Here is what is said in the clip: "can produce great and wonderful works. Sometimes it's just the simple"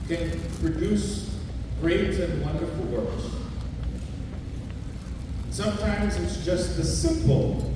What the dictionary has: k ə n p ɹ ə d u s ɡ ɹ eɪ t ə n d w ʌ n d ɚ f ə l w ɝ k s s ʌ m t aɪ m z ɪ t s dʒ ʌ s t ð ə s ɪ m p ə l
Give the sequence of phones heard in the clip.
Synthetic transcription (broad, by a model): k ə n p ɹ ə d u s ɡ ɹ eɪ t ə n w ʌ n d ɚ f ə l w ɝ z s s ʌ m t aɪ m z ɪ t s dʒ ʌ s t ð ə s ɪ m p l